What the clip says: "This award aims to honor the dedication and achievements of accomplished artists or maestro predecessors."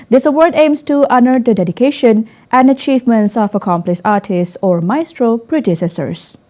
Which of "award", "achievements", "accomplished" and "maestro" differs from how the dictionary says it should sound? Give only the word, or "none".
accomplished